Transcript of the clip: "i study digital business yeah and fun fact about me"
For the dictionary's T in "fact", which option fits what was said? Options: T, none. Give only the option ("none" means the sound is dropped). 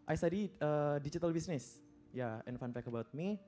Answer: none